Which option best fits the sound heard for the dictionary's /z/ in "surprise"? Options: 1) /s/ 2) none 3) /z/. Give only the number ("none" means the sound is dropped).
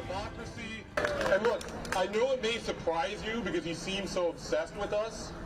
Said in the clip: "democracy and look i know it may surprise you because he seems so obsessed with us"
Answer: 3